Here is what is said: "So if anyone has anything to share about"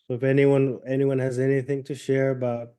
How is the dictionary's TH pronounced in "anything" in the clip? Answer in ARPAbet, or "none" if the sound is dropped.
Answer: TH